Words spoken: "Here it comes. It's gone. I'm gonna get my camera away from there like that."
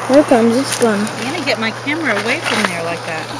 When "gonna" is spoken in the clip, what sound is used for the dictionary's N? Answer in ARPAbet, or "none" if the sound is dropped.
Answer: none